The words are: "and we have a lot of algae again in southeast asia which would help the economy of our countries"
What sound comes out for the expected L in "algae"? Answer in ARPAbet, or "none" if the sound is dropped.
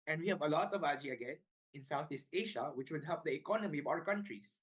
none